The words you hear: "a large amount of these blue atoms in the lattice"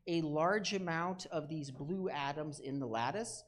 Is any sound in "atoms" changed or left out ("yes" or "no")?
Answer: no